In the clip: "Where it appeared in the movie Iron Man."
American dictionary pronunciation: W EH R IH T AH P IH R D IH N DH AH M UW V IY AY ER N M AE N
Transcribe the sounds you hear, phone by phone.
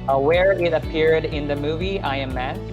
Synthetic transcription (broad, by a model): W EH R IH T AH P IH R D IH N DH AH M UW V IY AY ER M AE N